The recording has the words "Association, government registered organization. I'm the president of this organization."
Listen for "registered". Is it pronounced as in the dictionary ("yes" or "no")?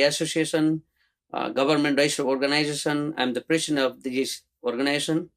no